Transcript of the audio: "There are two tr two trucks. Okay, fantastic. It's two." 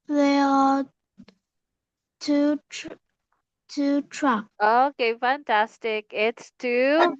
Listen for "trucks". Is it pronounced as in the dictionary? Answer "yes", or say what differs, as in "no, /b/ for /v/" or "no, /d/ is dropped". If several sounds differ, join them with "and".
no, /s/ is dropped